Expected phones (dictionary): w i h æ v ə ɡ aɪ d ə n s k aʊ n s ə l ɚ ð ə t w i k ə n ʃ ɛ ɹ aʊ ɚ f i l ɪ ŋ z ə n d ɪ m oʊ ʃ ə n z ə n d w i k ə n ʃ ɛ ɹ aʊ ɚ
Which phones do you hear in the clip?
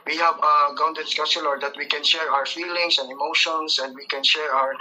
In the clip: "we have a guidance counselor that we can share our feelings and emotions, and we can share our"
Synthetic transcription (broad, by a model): w i h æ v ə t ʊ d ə s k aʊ s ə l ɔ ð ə t w i k ə n ʃ ɛ ɹ aʊ ɚ f i l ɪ ŋ s ə n d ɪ m oʊ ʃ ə n s ə n d w i k ə n ʃ ɛ ɹ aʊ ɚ